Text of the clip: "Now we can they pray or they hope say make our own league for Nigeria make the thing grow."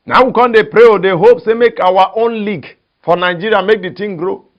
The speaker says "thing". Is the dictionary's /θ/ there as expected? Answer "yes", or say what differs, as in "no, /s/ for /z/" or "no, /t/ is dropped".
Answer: no, /t/ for /θ/